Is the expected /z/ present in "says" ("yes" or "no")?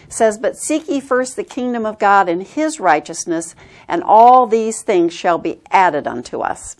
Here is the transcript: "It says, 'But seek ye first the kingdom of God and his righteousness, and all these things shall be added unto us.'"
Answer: yes